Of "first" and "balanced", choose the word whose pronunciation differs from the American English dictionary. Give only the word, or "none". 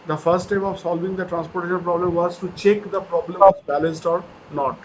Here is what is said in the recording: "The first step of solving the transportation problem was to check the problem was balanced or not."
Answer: none